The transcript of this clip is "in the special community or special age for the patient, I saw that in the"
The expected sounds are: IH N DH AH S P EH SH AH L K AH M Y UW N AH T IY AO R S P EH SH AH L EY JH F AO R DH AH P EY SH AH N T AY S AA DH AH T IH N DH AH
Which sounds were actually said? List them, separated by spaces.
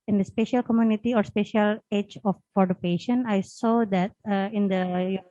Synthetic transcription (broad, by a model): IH N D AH S P EH SH AH L K AH M Y UW N AH T IY AO R S P EH SH AH L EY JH F AO R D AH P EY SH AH N AY S AA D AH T IH N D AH